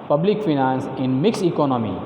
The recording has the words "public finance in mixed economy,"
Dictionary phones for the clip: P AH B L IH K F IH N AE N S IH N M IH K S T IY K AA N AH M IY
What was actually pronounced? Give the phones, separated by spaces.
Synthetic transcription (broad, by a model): P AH B L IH K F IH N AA N S IH N M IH K S IY K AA N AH M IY